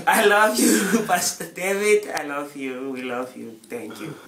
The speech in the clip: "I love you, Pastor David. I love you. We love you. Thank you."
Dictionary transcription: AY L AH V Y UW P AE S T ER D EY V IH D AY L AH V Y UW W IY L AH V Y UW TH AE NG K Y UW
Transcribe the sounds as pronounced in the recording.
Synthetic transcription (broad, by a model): AY L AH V Y UW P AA S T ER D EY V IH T AY L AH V Y UW W IY L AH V Y UW T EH NG K Y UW